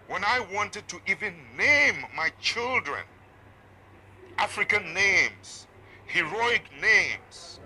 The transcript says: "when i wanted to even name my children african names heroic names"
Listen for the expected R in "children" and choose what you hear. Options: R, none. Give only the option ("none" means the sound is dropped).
R